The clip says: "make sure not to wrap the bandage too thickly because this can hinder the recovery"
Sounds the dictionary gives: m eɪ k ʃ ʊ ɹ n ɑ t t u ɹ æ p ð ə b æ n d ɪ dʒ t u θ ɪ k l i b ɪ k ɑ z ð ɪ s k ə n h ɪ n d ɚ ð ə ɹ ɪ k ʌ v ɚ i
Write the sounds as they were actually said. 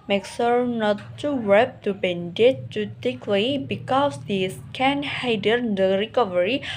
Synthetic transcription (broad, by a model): m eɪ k s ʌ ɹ n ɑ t t u w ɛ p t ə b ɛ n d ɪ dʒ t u t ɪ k l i b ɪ k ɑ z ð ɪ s k ə n h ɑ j d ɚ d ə ɹ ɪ k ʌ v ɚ i